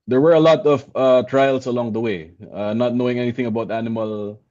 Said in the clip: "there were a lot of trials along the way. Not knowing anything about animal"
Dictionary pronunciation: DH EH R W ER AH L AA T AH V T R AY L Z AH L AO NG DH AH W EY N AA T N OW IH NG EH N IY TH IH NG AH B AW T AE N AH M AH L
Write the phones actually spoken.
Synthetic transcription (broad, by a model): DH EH R W ER AH L AA T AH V T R AY L S AH L AO NG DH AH W EY N AA T N OW IH NG EH N IY TH IH NG AH B AW T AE N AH M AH L